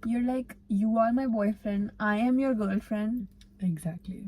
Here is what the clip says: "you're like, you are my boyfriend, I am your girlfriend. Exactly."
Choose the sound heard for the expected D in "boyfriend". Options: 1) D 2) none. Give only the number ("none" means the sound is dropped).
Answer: 1